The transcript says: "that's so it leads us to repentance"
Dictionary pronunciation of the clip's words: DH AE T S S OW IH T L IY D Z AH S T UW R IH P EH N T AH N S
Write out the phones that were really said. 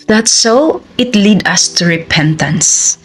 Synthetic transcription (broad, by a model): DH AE T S S OW IH T L IY D AH S T UW R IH P EH N T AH N S